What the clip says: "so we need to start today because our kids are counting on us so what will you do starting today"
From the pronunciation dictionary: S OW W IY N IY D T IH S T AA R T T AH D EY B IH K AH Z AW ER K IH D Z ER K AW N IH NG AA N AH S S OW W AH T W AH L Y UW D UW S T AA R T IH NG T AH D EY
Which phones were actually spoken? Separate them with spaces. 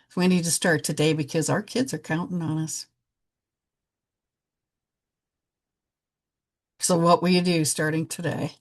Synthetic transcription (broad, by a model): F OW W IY N IY D T IH S T AA R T T AH D EY B IH K AH Z AW ER K IH D Z ER K AW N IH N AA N AH S S OW W AH T W AH L Y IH D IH S T AA R T IH NG T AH D EY